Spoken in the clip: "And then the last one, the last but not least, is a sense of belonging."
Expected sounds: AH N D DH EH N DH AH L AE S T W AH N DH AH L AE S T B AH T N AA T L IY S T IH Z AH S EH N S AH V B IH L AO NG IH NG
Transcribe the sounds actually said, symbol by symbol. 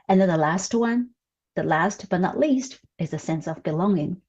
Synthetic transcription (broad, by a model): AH N DH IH N DH AH L AE S T W AH N DH AH L AE S T B AH T N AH T L IY S T IH Z AH S EH N S AH V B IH L AO NG IH NG